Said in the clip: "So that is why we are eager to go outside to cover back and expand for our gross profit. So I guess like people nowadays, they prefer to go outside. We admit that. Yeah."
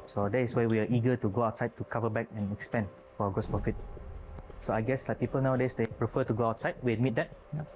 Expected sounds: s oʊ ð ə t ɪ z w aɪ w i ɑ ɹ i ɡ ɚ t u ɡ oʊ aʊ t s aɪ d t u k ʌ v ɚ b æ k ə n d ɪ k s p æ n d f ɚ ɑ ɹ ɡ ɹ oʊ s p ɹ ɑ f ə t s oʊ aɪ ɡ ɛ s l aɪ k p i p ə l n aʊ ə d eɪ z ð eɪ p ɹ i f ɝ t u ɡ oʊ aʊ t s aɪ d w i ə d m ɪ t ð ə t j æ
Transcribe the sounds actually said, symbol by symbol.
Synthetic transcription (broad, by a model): s oʊ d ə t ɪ s w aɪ w i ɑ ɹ i ɡ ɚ t u ɡ oʊ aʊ t s aɪ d t u k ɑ v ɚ b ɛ k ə n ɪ k s p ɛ n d f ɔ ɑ ɡ oʊ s p ɹ ɑ f ə t s oʊ aɪ ɡ ɛ s l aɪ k p i p ə l n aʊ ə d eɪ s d eɪ p ɹ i f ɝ t u ɡ oʊ aʊ t s aɪ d w i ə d m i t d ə t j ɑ